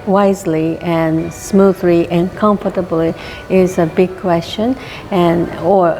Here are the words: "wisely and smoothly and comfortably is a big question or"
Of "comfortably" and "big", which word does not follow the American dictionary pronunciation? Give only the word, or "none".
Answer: none